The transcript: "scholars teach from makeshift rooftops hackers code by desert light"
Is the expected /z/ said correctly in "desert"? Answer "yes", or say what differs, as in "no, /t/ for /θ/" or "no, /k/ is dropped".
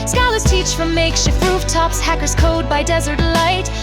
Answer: yes